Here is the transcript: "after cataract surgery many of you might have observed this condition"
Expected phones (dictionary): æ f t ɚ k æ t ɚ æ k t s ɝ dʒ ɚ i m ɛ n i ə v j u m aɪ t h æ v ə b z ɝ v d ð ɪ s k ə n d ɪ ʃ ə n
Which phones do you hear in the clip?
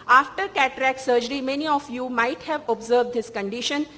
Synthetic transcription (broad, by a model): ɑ f t ɚ k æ t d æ k s ɝ dʒ ɚ i m ɛ n i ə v j u m aɪ t h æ v ə b z ɝ v d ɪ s k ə n d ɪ ʃ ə n